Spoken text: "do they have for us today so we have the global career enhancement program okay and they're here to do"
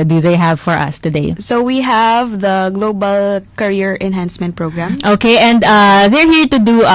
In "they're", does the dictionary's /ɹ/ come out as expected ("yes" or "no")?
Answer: yes